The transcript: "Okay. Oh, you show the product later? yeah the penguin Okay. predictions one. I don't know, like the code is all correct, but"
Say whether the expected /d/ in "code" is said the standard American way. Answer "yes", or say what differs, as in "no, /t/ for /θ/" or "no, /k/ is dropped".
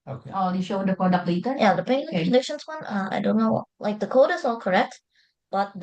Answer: yes